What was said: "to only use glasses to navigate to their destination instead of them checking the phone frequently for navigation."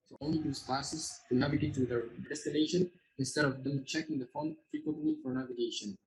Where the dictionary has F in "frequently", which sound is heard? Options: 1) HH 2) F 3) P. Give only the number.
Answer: 2